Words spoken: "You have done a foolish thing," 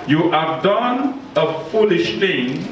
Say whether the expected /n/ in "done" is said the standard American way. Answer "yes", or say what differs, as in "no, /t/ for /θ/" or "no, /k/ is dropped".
yes